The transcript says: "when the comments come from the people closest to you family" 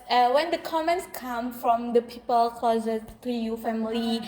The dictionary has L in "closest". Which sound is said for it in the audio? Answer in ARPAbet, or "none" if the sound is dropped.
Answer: none